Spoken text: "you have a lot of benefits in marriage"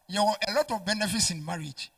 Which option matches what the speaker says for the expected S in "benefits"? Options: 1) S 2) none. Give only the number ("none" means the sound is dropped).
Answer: 1